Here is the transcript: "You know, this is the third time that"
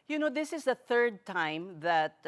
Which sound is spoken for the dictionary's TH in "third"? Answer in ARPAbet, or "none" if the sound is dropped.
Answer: TH